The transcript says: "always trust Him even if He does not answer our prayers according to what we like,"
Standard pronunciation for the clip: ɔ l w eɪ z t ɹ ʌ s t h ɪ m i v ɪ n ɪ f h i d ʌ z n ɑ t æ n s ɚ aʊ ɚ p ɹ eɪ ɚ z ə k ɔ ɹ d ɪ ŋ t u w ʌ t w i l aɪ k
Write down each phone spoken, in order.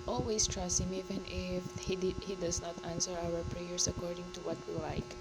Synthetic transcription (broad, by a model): ɔ l w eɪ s t ɹ ʌ s t h ɪ m i v ɪ n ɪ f h i d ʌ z n ɑ t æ n s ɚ aʊ ɚ p ɹ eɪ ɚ s ə k ɔ ɹ d ɪ ŋ t u w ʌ t w i l aɪ k